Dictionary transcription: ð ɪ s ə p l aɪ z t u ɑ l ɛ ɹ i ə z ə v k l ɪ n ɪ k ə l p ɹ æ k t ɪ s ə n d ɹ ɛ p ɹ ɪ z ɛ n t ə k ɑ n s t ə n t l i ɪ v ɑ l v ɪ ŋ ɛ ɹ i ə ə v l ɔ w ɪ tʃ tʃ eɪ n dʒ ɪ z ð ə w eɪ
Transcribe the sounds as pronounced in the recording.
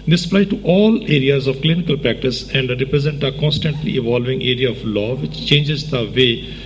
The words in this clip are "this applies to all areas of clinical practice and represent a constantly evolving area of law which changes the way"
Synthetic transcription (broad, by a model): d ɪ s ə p l aɪ t u ɑ l ɛ ɹ i ə z ə v k l ɪ n ɪ k ə l p ɹ æ k t ɪ s ə n d ɹ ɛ p ɹ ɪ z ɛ n t ə k ɑ n s t ə n t l i ɪ v ɑ l v ɪ ŋ ɛ ɹ i ə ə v l ɔ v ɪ tʃ tʃ eɪ n dʒ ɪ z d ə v eɪ